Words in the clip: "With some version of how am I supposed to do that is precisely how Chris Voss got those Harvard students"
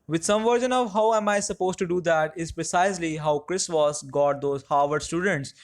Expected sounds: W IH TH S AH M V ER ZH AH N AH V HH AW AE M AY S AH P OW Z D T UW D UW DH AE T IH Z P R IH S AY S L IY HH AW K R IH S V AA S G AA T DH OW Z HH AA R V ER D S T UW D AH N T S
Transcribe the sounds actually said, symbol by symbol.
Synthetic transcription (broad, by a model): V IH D S AH M V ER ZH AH N AH V HH AW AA M AY S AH P OW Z T UW D UW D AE T IH Z P R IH S AY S L IY HH AW K R IH S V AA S G AA T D OW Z HH AA R V ER D S T UW D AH N T S